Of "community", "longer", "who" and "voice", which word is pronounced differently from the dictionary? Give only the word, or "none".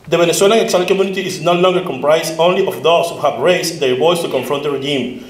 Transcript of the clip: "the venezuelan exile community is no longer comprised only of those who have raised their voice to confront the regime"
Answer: voice